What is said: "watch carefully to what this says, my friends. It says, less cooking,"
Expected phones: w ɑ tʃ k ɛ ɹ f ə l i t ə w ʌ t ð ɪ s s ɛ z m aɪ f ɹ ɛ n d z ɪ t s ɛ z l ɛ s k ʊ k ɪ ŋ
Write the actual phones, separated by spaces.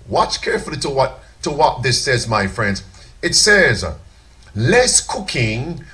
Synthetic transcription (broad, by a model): w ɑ tʃ k ɛ ɹ f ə w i t ə w ʌ t ð ɪ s s ɛ z m aɪ f ɹ ɛ n d z ɪ t s ɛ z l ɛ s k ʊ k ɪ ŋ